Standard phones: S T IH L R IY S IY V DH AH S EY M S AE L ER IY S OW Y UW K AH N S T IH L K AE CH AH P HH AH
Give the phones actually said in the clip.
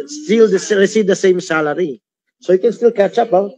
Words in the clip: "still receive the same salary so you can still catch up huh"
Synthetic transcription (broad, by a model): S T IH L R IY S IY V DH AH S EY M S AE L ER IY S OW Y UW K AH N S T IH L K AE CH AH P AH